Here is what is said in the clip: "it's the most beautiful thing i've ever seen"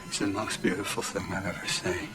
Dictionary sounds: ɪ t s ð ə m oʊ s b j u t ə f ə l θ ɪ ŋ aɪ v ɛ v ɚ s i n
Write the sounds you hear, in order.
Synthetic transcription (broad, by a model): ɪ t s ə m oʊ s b j u t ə f l θ ɪ ŋ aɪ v ɛ v ɚ s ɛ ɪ